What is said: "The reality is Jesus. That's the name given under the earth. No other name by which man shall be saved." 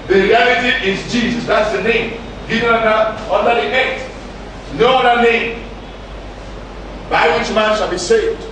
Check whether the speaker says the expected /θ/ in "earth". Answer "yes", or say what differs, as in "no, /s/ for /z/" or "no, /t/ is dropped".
no, /t/ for /θ/